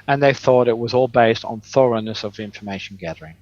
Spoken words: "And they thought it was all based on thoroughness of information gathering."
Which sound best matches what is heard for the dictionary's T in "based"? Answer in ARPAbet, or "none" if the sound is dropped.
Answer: T